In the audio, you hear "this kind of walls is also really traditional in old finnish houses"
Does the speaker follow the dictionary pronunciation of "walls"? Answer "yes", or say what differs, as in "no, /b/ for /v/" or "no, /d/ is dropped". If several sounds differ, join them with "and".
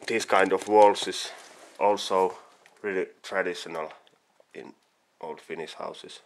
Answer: no, /s/ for /z/